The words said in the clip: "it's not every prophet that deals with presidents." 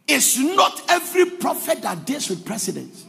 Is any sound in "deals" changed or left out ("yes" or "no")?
yes